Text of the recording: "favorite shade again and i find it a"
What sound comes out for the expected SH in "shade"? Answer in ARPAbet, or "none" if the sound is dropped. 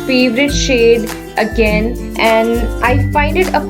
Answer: SH